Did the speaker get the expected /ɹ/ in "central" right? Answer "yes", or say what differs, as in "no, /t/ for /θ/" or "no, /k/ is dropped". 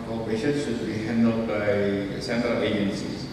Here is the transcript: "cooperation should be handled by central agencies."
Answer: yes